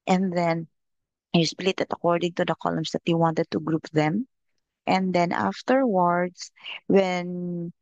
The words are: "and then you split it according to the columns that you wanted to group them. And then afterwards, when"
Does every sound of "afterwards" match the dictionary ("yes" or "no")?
no